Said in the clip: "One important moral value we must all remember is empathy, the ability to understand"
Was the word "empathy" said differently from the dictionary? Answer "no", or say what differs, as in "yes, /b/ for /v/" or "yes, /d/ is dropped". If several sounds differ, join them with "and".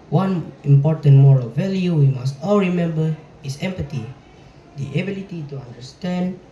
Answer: yes, /t/ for /θ/